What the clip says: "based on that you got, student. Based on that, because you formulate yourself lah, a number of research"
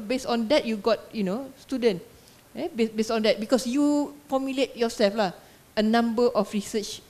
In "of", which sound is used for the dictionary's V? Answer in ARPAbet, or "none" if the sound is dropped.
F